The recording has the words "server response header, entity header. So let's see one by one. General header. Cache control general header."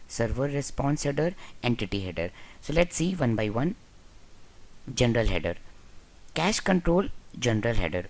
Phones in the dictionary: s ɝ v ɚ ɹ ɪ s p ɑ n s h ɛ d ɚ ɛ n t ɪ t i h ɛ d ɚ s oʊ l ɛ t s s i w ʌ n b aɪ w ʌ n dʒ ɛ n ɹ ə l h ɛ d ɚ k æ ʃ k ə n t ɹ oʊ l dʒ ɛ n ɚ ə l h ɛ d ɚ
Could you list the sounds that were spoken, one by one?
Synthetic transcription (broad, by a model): s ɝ v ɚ ɹ ɪ s p ɑ n s h ɛ d ɚ ɛ n t ɪ t i h ɛ d ɚ s oʊ l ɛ t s s i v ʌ n b aɪ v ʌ n dʒ ɛ n ɹ ə l h ɛ d ɚ k æ ʃ k ə n t ɹ oʊ l dʒ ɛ n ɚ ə l h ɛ d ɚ